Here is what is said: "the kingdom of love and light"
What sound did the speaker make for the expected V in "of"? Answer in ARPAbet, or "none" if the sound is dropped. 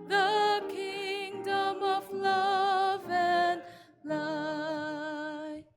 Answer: V